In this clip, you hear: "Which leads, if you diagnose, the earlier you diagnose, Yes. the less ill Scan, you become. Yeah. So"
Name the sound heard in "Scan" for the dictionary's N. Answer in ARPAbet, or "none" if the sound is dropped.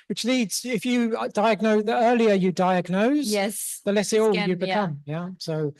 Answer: L